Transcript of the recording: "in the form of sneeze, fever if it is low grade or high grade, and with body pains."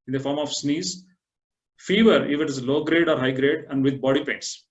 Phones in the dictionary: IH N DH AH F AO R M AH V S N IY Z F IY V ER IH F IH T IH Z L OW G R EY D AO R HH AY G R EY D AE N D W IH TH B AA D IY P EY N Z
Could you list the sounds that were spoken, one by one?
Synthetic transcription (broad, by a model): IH N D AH F AO R M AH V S N IY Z F IY V ER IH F IH T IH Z L OW G R EY D AO R HH AY G R EY D AE N D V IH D B AA D IY P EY N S